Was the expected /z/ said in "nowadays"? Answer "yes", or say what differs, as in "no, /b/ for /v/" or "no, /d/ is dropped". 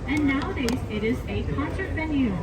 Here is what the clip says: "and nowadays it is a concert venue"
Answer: yes